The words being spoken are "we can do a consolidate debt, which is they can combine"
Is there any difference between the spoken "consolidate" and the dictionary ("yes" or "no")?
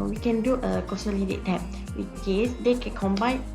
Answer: yes